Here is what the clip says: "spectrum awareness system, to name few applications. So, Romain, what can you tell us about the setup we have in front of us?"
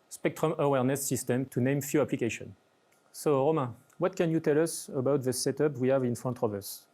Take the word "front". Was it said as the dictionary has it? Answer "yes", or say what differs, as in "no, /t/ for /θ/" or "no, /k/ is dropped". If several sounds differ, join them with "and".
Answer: no, /ɹ/ is dropped